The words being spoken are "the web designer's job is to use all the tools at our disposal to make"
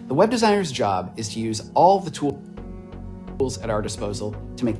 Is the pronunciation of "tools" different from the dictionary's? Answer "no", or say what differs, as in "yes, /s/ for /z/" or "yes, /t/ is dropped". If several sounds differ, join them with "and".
no